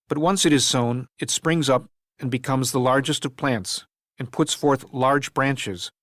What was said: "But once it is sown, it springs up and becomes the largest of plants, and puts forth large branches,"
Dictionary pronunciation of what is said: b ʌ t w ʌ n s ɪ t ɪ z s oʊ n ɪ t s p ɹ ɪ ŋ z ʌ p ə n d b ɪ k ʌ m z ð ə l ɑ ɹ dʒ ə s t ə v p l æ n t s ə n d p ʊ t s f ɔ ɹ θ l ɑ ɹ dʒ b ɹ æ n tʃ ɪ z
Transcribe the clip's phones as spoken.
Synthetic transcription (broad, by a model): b ʌ t w ʌ n s ɪ t ɪ z s oʊ n ɪ t s p ɹ ɪ ŋ z ʌ p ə n b ɪ k ʌ m z ð ə l ɑ ɹ dʒ ə s t ə v p l æ n t s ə n p ʊ t s f ɔ ɹ θ l ɑ ɹ dʒ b ɹ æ n tʃ ɪ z